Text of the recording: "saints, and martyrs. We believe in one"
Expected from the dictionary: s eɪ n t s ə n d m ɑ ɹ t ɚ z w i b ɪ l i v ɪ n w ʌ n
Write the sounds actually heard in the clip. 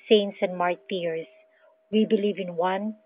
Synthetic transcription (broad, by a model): s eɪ n t s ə n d m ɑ ɹ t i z w i b ɪ l i v ɪ n w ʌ n